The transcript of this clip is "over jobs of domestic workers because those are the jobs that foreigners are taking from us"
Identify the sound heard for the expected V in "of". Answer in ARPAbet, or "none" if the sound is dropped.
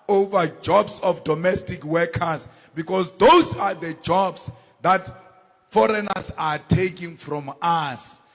F